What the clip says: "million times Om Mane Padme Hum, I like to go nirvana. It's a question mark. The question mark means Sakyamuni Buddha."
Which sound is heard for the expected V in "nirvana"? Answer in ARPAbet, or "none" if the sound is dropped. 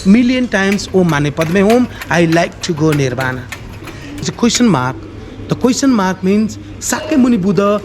B